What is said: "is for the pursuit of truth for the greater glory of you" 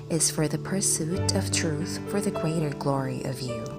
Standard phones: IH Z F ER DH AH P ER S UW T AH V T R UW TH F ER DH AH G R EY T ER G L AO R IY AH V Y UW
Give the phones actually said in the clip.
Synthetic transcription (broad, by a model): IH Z F ER DH AH P ER S UW T AH V T R UW TH F ER DH AH G R EY T ER G L AO R IY AH V Y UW